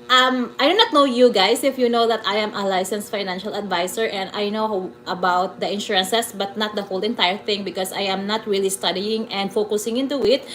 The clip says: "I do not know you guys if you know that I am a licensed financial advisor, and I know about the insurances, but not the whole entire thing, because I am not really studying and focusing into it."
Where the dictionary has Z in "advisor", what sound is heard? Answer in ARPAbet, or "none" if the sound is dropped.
S